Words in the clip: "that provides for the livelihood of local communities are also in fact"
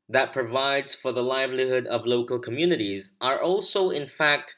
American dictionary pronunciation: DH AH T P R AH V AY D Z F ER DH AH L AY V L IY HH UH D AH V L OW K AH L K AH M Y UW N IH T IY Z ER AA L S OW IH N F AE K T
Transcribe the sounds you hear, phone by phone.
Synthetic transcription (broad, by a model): DH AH T P R AH V AY D Z F ER DH AH L AY V L IY HH UH D AH V L OW K AH L K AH M Y UW N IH T IY Z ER AA L S OW IH N F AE K T